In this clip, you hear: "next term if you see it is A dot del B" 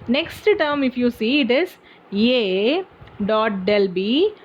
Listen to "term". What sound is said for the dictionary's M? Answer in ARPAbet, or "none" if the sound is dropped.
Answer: M